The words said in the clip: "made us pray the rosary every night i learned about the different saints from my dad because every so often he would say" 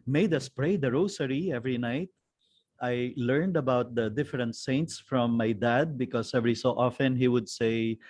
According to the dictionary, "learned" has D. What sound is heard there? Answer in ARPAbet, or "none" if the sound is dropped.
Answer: D